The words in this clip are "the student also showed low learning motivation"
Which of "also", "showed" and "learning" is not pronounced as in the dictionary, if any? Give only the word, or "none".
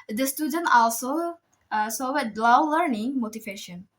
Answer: showed